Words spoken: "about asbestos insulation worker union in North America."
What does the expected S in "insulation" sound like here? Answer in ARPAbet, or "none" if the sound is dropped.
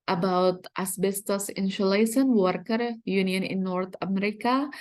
SH